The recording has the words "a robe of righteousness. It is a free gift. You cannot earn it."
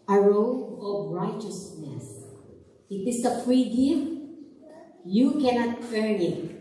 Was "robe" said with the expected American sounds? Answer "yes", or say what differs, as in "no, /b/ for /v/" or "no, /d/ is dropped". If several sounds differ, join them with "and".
no, /b/ is dropped